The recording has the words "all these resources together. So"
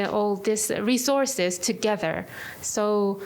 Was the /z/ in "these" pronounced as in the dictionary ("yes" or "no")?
no